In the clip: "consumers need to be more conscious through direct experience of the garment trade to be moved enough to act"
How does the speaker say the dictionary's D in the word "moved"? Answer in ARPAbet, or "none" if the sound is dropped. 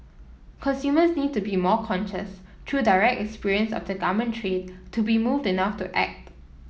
D